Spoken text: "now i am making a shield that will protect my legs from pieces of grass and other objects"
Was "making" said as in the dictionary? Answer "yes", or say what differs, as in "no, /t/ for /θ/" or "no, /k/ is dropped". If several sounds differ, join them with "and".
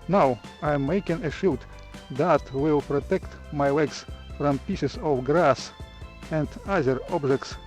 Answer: yes